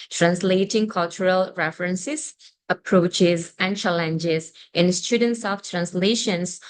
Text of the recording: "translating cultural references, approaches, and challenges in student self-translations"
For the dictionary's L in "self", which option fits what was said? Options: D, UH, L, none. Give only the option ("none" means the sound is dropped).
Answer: none